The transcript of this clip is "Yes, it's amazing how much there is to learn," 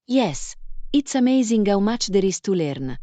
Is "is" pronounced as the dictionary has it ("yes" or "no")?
no